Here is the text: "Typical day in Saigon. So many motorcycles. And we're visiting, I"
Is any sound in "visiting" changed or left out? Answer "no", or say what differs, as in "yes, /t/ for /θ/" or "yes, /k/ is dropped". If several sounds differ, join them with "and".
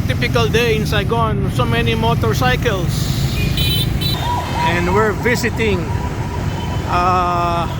yes, /s/ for /z/